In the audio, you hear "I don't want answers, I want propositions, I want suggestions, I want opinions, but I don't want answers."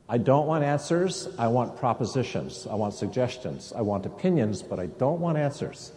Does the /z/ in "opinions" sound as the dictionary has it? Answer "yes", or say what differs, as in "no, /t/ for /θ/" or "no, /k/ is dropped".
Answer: yes